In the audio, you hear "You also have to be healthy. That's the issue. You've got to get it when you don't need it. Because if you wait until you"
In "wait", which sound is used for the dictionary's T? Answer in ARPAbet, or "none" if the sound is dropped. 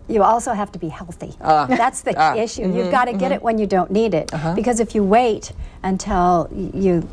T